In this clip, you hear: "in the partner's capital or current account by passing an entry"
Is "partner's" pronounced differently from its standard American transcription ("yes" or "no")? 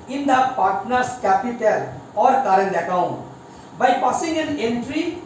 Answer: yes